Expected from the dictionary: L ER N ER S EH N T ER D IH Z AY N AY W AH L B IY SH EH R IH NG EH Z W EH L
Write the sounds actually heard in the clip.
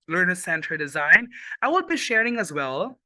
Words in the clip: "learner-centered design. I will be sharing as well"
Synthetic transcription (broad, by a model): L ER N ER S EH N T ER D IH Z AY N AY W AH L B IY SH EH R IH NG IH Z W EH L